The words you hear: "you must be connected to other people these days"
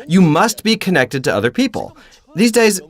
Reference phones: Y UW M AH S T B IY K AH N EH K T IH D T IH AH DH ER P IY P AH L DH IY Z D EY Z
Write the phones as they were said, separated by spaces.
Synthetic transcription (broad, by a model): Y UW M AH S T B IY K AH N EH K T IH D T IH AH DH ER P IY P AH L DH IY Z D EY Z